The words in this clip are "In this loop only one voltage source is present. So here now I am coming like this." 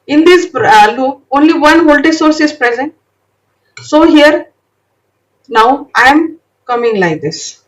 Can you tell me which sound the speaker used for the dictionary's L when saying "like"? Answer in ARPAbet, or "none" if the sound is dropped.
L